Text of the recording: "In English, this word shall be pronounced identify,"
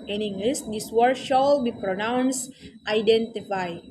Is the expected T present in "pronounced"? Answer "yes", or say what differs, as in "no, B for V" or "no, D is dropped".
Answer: yes